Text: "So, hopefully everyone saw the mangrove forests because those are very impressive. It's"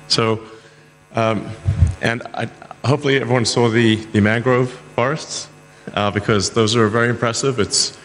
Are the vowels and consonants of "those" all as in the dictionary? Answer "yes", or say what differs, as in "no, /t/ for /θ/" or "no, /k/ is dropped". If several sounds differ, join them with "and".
yes